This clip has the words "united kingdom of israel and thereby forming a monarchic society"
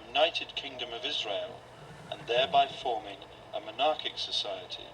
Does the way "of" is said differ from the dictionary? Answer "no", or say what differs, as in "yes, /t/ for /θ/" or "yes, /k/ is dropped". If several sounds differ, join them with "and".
no